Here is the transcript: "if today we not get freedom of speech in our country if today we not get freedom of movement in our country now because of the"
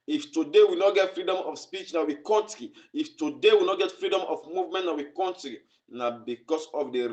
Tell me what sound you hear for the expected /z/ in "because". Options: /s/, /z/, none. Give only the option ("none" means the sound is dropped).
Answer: /s/